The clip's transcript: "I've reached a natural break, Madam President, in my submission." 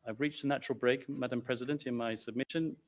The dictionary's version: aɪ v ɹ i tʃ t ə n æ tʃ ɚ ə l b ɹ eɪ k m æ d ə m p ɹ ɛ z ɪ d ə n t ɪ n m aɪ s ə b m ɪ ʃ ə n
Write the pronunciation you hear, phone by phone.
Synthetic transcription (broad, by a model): aɪ v ɹ i tʃ t ə n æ tʃ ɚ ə l b ɹ eɪ k m æ d ə m p ɹ ɛ z ɪ d ə n t ɪ n m aɪ s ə b m ɪ ʃ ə n